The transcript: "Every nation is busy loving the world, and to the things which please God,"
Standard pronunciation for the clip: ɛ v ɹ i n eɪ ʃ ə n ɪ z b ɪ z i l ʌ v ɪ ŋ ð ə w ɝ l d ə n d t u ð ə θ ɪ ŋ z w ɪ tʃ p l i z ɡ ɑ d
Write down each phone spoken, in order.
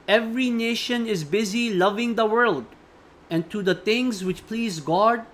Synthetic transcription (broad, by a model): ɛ v ɹ i n eɪ ʃ ə n ɪ z b ɪ z i l ʌ v ɪ ŋ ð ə w ɝ l d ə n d t u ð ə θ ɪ ŋ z w ɪ tʃ p l i z ɡ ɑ d